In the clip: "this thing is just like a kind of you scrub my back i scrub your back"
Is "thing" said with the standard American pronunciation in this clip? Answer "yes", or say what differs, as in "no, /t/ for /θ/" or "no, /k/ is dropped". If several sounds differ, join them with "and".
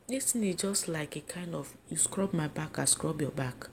no, /t/ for /θ/